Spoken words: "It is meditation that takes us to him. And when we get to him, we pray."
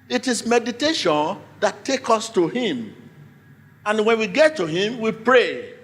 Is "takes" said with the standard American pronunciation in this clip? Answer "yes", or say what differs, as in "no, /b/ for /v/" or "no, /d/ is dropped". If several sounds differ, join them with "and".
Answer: no, /s/ is dropped